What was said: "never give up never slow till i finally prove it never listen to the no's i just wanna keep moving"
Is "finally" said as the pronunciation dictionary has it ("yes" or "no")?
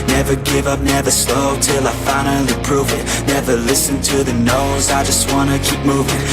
no